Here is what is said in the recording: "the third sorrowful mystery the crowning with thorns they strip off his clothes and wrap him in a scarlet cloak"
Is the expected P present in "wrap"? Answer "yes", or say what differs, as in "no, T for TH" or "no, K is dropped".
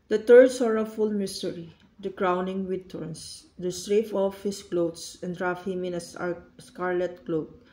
no, F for P